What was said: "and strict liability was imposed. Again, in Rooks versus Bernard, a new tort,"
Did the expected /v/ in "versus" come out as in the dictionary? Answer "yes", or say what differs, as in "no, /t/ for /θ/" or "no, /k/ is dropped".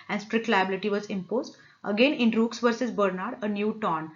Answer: yes